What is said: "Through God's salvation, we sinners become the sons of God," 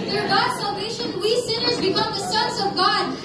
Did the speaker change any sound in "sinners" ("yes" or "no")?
no